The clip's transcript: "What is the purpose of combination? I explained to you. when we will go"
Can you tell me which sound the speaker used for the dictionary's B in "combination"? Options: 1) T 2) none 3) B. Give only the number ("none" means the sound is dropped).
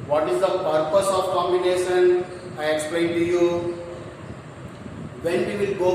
3